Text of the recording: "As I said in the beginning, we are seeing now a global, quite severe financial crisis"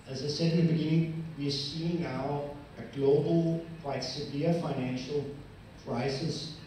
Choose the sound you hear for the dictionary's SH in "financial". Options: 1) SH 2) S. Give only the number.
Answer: 1